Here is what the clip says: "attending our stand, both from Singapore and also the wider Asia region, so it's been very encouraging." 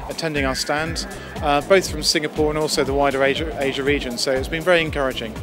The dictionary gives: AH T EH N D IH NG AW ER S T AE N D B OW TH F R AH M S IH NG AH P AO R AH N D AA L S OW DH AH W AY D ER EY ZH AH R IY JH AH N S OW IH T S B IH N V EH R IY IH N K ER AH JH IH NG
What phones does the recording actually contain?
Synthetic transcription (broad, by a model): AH T EH N D IH NG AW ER S T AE N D B OW TH F R AH M S IH NG AH P AO R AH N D AA L S OW DH AH W AY D ER EY ZH AH R IY JH AH N S OW IH T S B IH N V EH R IY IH N K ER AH JH IH NG